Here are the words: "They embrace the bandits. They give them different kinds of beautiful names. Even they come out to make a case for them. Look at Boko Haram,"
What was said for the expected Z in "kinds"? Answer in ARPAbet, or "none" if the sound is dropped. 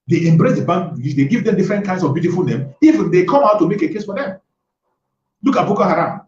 S